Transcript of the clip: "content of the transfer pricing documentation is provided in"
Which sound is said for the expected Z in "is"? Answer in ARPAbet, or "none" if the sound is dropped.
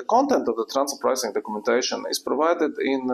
S